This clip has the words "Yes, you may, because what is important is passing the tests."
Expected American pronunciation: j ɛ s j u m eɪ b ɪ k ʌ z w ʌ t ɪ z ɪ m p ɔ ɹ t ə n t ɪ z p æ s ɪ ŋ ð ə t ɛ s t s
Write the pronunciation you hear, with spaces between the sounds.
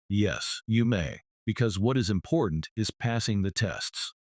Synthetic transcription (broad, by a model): j ɛ s j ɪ m eɪ b ɪ k ʌ z w ʌ t ɪ z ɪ m p ɔ ɹ t n t ɪ z p æ s ɪ ŋ ð ə t ɛ s t s